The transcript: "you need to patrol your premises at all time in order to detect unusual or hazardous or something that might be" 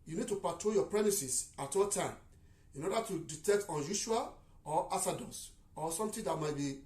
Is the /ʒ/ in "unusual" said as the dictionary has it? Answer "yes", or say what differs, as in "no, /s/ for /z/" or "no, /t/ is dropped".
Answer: no, /ʃ/ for /ʒ/